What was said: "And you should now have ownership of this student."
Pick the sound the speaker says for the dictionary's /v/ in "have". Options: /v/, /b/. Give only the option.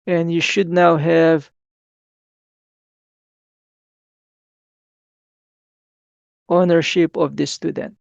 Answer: /v/